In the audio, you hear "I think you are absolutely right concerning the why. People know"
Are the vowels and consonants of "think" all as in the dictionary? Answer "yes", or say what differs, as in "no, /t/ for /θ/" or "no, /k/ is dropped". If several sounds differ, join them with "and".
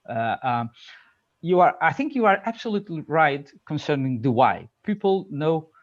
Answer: yes